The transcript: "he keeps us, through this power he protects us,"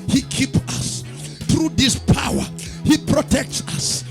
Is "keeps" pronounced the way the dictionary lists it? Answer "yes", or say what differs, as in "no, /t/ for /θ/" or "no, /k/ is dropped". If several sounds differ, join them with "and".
no, /s/ is dropped